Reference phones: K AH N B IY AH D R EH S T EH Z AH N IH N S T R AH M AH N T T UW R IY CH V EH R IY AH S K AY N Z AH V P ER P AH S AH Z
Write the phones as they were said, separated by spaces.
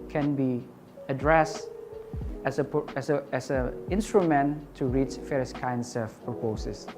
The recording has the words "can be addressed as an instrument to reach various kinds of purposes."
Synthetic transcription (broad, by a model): K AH N B IY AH D R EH S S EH S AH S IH N S T R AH M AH N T T UW R IY CH F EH R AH S K AY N S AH F P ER P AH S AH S